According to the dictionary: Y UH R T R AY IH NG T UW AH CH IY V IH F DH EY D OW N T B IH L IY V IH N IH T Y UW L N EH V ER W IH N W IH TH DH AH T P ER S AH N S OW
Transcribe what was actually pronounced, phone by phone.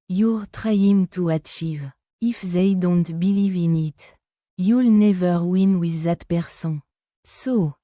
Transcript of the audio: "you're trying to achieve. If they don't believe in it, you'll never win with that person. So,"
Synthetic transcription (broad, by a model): Y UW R T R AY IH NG T UW AH CH IY V IH F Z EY D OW N T B IH L IY V IH N IH T Y UW L N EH V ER W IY N W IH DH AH T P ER S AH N S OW